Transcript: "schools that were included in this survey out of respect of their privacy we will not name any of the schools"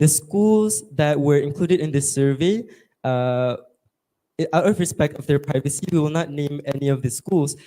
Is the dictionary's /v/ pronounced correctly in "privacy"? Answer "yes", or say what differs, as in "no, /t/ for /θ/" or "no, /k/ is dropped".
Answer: yes